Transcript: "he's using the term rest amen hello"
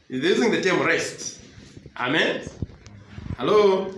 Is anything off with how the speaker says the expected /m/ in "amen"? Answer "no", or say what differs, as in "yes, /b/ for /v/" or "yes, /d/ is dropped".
no